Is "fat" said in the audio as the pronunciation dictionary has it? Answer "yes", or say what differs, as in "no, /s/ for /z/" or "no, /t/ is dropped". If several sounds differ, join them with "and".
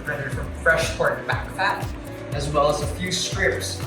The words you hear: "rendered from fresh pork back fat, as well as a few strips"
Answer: no, /p/ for /f/